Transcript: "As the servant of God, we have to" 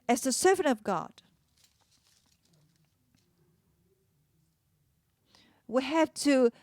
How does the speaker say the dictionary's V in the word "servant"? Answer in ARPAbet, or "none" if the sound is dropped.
V